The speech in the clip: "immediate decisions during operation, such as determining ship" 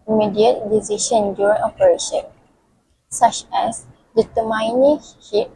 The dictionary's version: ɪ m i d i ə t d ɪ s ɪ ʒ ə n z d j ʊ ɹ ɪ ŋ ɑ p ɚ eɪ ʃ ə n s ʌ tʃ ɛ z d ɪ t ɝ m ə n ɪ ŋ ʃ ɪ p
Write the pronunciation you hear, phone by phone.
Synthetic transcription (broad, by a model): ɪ m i d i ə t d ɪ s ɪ ʃ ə n d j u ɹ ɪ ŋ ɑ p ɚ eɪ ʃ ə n s ʌ tʃ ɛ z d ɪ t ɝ m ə n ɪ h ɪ